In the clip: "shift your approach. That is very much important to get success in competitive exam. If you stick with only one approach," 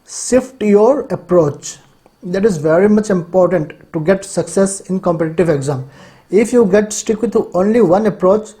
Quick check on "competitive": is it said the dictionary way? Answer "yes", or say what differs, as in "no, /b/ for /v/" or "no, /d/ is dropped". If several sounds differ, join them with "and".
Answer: yes